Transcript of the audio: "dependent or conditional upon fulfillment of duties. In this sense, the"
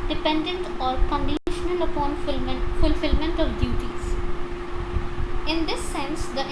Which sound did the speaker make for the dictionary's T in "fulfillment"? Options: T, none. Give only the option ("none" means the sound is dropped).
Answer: T